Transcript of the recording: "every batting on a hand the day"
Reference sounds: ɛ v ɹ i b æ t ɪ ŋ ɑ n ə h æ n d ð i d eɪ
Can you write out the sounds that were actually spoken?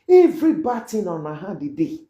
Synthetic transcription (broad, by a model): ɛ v ɹ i b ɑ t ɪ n ɑ n ə h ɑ d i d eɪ